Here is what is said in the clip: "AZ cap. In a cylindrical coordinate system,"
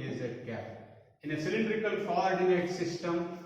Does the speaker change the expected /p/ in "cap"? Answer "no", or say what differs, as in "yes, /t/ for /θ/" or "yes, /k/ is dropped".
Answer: yes, /p/ is dropped